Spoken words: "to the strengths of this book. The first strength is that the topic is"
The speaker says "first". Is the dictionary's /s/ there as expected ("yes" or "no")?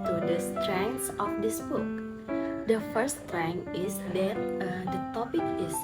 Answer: no